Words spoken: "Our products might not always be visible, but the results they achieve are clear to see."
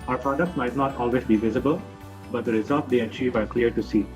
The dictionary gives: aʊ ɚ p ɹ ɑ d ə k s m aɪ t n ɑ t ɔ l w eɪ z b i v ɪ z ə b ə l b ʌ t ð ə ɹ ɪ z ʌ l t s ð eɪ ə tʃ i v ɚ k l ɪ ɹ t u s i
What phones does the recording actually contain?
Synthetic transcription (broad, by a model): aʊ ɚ p ɹ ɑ d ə k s m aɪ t n ɑ t ɔ l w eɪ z b i v ɪ z ə b ə l b ʌ t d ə ɹ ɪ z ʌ l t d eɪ ə tʃ i v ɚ k l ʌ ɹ t u s i